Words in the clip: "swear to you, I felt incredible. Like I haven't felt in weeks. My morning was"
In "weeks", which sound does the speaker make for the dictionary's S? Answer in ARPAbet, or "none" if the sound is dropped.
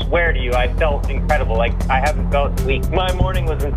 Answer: none